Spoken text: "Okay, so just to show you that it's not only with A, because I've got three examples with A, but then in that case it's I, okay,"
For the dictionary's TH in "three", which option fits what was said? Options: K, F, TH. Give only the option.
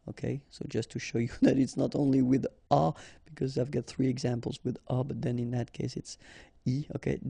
TH